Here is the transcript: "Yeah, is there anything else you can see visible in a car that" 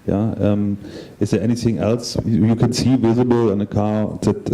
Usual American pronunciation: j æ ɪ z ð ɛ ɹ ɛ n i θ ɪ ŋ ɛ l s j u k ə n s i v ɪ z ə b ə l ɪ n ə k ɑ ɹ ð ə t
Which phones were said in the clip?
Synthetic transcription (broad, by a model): j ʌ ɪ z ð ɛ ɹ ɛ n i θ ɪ ŋ ɛ l s j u k ə n s i v ɪ z ə b ə l ɪ n ə k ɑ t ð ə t